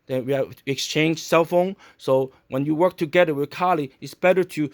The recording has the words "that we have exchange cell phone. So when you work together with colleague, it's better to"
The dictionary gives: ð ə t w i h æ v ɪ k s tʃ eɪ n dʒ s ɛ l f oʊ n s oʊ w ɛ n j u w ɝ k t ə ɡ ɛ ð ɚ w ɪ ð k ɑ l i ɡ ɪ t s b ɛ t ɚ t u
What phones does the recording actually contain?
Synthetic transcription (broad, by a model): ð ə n w i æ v ɪ k s tʃ eɪ n dʒ s ɛ l f oʊ n s oʊ w ɛ n j u w ɝ k t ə ɡ ɛ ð ɚ w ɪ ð k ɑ l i ɪ t s b ɛ t ɚ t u